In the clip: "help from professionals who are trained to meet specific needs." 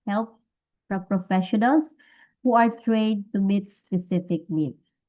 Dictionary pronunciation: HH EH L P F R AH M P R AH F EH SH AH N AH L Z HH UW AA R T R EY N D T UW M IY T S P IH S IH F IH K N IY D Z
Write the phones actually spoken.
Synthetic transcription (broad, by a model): HH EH L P P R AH P R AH F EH SH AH N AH L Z HH UW AA R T R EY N T UW M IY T S P IH S IH F IH K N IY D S